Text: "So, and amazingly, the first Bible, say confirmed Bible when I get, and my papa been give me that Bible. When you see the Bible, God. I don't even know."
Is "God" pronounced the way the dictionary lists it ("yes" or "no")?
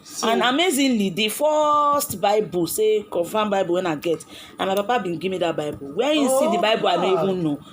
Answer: no